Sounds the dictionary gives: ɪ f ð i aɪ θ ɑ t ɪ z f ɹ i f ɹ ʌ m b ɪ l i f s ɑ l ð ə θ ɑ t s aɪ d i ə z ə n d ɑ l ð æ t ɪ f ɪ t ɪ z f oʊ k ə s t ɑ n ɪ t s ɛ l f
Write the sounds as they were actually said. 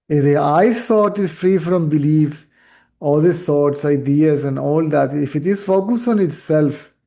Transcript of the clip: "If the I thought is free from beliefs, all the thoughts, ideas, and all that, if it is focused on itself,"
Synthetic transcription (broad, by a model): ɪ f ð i aɪ s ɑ t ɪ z f ɹ i f ɹ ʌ m b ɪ l i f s ɑ l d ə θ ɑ t s aɪ d i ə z ə n d ɑ l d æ t ɪ f ɪ t ɪ z f oʊ k ə s t ɑ n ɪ t s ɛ l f